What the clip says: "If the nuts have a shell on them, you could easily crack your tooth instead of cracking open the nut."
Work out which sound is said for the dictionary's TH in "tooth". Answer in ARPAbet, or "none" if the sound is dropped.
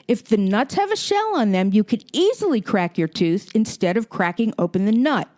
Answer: TH